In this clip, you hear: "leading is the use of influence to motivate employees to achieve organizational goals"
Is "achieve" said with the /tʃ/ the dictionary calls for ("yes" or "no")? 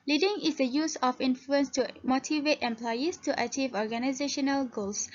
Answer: yes